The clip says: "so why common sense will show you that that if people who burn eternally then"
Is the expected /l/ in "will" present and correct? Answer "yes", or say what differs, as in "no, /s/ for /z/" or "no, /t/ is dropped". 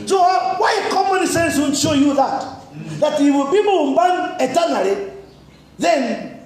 no, /n/ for /l/